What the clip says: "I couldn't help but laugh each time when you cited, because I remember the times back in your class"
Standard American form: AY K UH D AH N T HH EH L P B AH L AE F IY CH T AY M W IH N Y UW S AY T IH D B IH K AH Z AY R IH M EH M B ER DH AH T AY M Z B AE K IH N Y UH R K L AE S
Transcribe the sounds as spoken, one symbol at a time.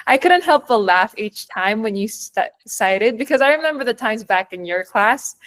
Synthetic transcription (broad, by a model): AY K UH D N T HH EH L P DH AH L AE F IY CH T AY M W IH N Y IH S AY T IH D B IH K AH Z AY R IH M EH M B ER DH AH T AY M Z B AE K IH N Y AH R K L AE S